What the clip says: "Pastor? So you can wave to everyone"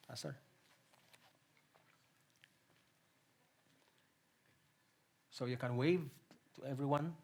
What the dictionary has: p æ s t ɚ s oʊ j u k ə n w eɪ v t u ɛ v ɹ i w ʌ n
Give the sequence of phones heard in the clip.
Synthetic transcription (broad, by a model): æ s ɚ s oʊ j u k ə n w eɪ v t u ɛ v ɹ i w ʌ n